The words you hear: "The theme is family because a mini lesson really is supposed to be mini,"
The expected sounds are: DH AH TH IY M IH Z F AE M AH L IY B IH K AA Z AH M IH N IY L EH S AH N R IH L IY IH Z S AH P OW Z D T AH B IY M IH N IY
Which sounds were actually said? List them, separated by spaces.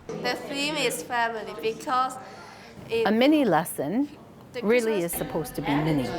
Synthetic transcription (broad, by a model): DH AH F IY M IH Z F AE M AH L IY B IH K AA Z AH M IH N IY L EH S AH N R IH L IY IH Z S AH P OW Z T AH B IY M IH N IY